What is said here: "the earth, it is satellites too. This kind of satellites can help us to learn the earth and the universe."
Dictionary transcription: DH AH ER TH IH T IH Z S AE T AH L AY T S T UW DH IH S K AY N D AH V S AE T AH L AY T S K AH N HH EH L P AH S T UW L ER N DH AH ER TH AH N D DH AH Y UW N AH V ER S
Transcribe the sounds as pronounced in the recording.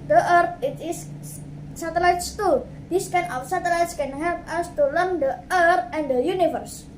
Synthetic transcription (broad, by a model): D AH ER T IH T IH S S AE T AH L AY T S T UW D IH S K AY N AH F S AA T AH L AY T S K AH N HH EH L P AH S T UW L ER N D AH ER T AH N D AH Y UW N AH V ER S